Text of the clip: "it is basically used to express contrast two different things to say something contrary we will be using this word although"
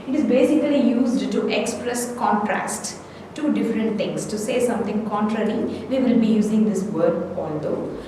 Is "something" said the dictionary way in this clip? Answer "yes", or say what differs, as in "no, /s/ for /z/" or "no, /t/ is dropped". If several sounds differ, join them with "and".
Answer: no, /t/ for /θ/